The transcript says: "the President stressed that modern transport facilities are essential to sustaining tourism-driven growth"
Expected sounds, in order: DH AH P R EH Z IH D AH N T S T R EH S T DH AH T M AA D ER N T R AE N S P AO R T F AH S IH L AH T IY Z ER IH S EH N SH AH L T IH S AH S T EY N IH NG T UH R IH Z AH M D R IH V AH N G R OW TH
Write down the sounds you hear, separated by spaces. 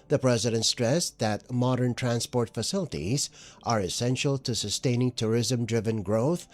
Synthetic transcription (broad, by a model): DH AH P R EH Z IH D AH N T S T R EH S DH AH T M AA D ER N T R AE N S P AO R T F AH S IH L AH T IY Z ER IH S EH N SH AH L T IH S AH S T EY N IH NG T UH R IH Z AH M D R IH V AH N G R OW TH